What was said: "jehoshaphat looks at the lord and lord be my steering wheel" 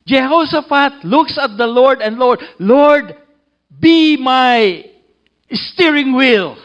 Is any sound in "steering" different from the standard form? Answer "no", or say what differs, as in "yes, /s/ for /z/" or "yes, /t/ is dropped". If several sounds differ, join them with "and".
no